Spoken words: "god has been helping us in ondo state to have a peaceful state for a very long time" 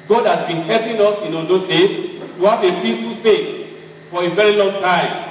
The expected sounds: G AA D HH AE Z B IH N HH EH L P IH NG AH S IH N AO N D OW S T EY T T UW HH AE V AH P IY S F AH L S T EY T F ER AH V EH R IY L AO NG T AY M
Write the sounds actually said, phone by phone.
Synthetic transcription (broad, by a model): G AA D HH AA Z B IH N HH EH P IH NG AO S IH N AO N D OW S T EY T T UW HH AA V AH P IY S F AH L S T EY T F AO AH V EH R IY L AO NG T AY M